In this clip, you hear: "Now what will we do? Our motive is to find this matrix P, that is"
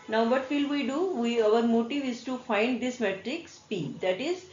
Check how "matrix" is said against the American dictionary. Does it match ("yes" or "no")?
yes